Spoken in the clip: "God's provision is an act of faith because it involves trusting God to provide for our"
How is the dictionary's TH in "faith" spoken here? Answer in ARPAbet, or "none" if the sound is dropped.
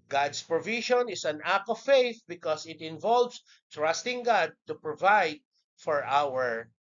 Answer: TH